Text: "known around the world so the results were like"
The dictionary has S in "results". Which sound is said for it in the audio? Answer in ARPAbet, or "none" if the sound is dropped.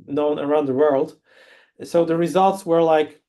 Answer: S